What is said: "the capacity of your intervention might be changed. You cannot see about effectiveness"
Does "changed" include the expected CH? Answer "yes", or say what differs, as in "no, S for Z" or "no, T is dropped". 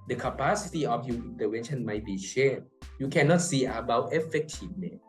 no, SH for CH